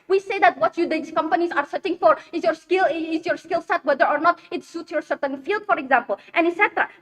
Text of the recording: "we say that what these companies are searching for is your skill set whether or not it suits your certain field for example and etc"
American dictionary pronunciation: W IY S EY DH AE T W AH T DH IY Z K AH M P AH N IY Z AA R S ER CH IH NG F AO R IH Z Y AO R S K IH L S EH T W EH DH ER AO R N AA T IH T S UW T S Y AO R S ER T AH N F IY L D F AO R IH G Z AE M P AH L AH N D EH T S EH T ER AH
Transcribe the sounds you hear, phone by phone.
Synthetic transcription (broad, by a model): W IY S EY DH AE T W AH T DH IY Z K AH M P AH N IY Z AA R S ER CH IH NG F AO R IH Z Y AO R S K IH L S EH T W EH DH ER AO R N AA T IH T S UW T S Y AO R S ER T AH N F IY L D F AO R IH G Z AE M P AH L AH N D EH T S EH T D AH